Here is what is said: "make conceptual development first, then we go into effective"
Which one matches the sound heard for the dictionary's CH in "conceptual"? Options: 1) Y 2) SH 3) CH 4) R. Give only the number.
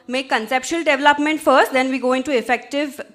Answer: 2